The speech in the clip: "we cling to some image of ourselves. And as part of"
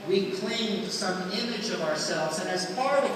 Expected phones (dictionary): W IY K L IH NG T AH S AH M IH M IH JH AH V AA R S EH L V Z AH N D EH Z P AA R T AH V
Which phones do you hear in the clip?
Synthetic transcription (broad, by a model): W IY K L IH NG S AH M IH M IH JH AH V AA R S EH L V Z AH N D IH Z F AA R